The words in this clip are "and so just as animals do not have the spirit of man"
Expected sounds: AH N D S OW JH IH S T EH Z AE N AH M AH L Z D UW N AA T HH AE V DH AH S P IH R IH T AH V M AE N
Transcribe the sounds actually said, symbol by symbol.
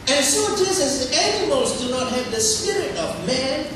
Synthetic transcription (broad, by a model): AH N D S OW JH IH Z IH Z AE N AH M AH L Z D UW N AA T HH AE V DH AH S P IH R IH T AH V M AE N